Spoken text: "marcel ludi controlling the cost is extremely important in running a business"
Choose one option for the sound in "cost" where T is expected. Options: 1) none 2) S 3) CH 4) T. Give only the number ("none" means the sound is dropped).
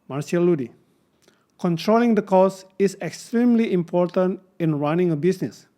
1